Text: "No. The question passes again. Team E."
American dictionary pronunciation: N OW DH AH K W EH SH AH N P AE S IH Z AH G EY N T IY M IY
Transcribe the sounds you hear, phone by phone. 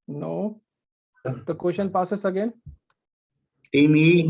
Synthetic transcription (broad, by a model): N OW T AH K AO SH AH N P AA S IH S AH G EY N T IY M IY